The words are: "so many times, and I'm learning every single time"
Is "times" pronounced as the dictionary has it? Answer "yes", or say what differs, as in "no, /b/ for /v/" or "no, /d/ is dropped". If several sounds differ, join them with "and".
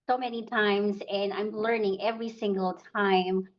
yes